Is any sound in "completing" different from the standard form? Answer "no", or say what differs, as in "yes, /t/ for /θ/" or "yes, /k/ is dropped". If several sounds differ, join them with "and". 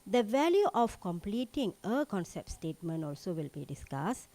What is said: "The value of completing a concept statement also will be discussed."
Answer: no